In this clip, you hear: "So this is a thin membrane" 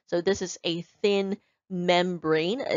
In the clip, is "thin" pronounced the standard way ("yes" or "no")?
yes